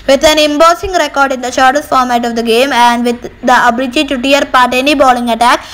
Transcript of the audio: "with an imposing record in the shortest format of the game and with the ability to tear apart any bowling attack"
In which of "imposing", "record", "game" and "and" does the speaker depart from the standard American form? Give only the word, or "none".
imposing